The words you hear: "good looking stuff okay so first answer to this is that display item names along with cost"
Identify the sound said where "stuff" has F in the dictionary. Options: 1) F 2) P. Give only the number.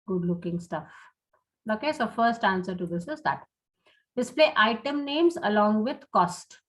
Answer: 1